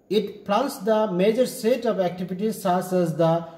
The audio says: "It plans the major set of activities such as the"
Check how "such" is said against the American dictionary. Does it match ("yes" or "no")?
no